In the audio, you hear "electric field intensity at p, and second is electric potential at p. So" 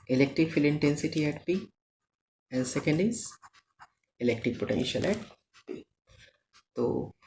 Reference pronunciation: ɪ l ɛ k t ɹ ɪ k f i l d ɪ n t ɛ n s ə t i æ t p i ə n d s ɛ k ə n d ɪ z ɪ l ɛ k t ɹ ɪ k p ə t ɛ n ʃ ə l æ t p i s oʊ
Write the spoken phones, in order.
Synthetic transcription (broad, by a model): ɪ l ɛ k t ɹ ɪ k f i l ɪ n t ɛ n s ə t i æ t p i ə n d s ɛ k ə n d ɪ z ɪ l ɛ k t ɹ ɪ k p ə t ɛ n ʃ ə l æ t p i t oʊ